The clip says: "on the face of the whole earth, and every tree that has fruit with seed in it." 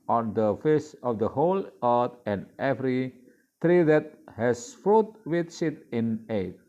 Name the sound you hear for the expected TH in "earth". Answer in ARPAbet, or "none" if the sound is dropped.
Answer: T